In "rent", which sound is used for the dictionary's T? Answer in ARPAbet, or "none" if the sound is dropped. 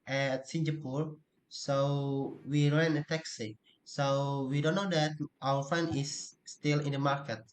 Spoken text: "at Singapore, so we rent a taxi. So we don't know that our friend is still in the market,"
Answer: none